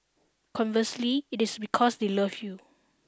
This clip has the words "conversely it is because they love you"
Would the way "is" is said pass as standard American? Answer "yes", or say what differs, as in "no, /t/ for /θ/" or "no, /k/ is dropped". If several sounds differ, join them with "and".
no, /s/ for /z/